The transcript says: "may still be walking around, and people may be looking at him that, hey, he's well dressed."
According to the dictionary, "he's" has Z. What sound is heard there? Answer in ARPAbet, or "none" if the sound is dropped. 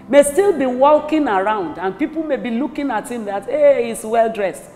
S